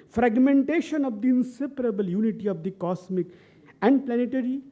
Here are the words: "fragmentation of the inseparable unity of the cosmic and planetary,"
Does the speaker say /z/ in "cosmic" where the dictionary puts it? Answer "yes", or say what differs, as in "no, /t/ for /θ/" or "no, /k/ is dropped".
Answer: no, /s/ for /z/